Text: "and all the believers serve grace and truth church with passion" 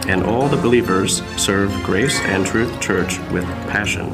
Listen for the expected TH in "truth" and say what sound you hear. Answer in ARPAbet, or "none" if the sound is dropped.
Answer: TH